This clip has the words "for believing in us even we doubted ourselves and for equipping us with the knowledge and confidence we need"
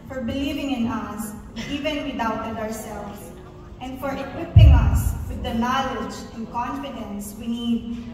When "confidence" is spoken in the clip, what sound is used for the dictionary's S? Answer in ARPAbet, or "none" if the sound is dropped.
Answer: S